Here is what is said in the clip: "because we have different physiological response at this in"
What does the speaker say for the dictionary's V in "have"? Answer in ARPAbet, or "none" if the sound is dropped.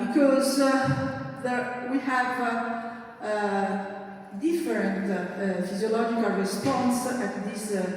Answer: V